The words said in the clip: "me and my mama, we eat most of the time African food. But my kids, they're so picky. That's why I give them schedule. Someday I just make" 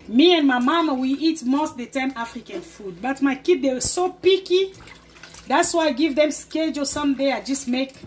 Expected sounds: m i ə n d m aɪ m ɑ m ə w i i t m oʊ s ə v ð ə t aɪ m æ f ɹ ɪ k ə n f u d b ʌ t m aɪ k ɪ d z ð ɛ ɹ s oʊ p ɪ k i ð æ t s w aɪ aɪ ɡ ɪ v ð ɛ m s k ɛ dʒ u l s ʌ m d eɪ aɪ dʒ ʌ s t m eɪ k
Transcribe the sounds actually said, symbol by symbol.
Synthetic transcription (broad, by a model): m i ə n m aɪ m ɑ m w i i t m oʊ s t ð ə t aɪ m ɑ f ɹ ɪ k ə n f u d b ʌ t m aɪ k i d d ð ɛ w s oʊ p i k i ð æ t s w aɪ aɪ ɡ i v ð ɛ m s k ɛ dʒ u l s ʌ m d eɪ aɪ dʒ ʌ s t m eɪ k